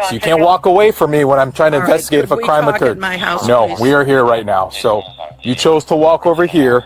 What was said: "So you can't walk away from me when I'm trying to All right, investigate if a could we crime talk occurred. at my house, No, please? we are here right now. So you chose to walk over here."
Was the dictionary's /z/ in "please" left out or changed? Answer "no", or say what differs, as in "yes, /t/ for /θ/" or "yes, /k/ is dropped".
yes, /z/ is dropped